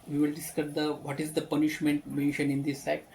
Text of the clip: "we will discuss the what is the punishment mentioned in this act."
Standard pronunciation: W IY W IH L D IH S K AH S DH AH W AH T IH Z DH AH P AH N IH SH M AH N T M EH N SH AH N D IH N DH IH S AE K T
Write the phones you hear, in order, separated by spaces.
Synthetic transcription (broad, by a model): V IY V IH L D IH S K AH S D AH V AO T IH Z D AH P AH N IH SH M AH N T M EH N SH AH N IH N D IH S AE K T